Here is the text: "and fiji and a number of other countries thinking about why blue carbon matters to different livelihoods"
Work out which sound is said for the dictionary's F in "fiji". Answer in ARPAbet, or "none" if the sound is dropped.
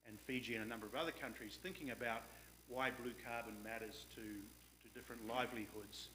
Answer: F